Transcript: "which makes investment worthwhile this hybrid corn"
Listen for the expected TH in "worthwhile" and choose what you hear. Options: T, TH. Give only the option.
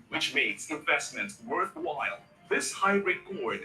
TH